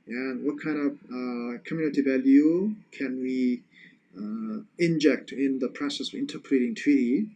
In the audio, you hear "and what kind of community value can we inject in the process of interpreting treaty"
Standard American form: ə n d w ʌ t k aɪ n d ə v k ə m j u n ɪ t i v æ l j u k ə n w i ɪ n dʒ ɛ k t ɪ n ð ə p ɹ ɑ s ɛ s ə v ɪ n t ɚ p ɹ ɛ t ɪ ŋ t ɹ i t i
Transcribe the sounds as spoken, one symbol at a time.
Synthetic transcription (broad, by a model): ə n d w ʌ t k aɪ n d ə v k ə m j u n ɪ t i v æ l j u k ə n w i ɪ n dʒ ɛ k t ɪ n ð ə p ɹ ɑ s ɛ s ə v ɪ n t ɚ p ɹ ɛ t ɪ ŋ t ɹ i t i